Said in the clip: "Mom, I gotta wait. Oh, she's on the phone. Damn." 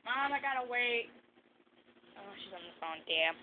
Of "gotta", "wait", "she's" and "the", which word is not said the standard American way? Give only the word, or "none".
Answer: none